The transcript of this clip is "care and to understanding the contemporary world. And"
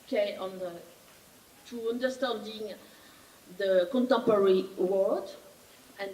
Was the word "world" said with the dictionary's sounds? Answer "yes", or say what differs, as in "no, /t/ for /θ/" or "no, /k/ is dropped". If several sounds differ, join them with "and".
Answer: no, /l/ is dropped